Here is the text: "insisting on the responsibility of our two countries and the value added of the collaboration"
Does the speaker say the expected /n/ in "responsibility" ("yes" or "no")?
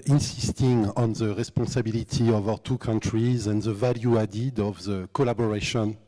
no